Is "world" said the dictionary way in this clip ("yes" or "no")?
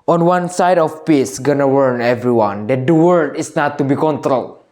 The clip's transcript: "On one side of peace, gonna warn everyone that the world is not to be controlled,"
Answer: no